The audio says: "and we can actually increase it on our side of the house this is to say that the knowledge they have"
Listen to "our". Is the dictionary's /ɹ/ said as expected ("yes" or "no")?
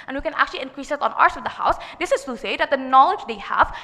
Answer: yes